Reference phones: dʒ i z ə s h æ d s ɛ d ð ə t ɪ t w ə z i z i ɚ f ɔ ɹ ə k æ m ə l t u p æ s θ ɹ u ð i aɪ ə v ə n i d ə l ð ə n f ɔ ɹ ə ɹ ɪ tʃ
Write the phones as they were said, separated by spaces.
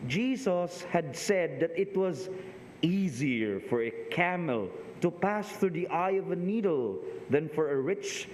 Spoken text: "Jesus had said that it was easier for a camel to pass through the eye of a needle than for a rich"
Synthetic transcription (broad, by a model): dʒ i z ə s h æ d s ɛ d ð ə t ɪ t w ə z i z i ɚ f ɔ ɹ ə k æ m ə l t u p æ s θ ɹ u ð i aɪ ə v ə n i d ə l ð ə n f ɔ ɹ ə ɹ ɪ tʃ